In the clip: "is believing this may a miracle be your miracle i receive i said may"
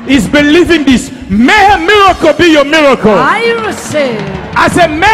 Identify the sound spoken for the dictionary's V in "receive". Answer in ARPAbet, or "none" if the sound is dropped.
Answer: none